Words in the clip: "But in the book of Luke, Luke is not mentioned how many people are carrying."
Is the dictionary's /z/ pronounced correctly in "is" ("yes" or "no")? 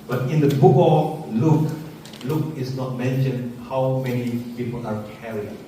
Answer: no